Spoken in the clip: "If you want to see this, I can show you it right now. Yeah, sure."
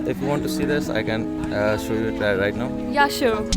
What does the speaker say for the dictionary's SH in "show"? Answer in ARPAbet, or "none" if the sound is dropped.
SH